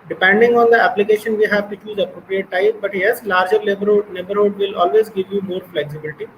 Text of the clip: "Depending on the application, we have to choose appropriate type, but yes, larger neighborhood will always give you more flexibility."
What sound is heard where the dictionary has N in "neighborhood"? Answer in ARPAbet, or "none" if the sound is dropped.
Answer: L